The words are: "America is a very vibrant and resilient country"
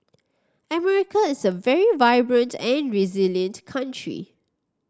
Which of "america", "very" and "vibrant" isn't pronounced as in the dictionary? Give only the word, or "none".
none